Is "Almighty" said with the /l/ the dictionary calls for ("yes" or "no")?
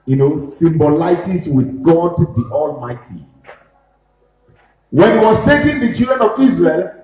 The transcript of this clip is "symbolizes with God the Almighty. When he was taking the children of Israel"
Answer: yes